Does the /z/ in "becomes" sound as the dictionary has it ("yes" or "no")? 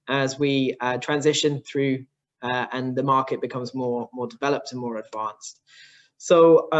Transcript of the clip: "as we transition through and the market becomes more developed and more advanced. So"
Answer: yes